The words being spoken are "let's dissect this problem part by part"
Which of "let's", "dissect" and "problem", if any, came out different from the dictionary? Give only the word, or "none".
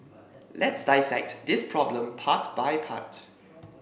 none